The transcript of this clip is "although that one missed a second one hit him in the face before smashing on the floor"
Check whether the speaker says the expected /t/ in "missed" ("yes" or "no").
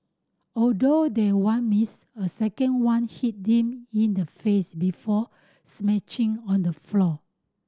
no